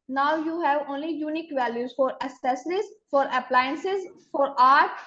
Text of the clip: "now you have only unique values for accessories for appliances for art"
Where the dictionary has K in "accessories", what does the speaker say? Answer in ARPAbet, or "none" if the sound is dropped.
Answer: none